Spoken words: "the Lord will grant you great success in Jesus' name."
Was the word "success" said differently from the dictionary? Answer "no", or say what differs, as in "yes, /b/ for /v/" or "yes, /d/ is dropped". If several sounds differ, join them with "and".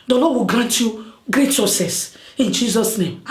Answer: yes, /k/ is dropped